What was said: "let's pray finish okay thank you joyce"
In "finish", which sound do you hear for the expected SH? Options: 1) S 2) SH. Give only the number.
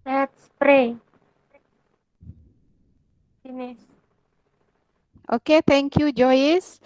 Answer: 1